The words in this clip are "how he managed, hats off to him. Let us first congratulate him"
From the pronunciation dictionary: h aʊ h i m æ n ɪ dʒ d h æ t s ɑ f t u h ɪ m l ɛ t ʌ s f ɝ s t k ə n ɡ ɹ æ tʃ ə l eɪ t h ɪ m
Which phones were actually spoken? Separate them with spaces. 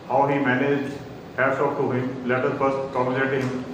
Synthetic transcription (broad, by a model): h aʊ h i m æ n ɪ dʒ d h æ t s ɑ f t u h ɪ m l ɛ t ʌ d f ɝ t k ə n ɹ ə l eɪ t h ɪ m